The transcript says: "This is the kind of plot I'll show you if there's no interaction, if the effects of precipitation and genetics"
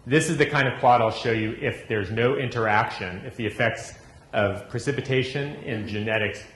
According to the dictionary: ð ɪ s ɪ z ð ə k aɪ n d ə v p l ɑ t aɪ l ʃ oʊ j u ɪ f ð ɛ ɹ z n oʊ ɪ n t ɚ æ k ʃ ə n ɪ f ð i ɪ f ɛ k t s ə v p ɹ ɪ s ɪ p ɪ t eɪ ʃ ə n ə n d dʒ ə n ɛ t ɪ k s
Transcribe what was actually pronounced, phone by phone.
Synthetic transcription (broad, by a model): ð ɪ s ɪ z ð ə k aɪ n d ə v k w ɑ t aɪ l ʃ oʊ j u ɪ f ð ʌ ɹ z n oʊ ɪ n t ɚ æ k ʃ ə n ɪ f ð i ɪ f ɛ k t s ə v p ɹ ɪ s ɪ p ɪ t eɪ ʃ ə n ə n dʒ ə n ɛ t ɪ k s